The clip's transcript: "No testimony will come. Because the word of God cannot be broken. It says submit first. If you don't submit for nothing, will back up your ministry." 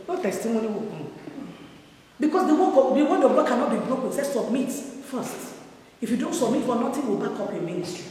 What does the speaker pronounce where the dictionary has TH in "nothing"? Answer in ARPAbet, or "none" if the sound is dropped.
T